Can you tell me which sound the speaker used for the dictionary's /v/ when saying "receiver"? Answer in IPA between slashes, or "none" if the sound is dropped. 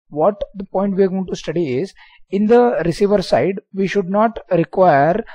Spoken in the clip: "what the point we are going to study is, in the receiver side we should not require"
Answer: /v/